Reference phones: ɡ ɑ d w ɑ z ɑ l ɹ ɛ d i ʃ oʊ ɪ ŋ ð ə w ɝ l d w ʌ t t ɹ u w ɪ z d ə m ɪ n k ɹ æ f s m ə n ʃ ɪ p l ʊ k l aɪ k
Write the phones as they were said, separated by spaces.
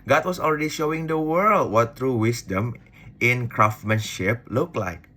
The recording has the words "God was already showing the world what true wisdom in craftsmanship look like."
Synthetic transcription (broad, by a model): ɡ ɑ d w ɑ s ɑ l ɹ ɛ d i ʃ oʊ ɪ ŋ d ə w ɝ l d w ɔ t t ɹ u w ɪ s d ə m ɪ n k ɹ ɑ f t m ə n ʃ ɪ p l ʊ k l aɪ k